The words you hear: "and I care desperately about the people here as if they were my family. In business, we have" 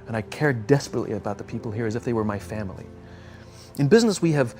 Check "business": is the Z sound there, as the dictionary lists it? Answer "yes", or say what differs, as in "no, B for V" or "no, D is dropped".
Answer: yes